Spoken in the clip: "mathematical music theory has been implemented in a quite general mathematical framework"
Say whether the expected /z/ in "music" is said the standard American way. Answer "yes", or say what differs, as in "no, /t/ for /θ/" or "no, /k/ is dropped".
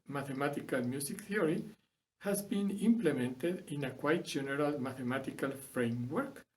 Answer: no, /s/ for /z/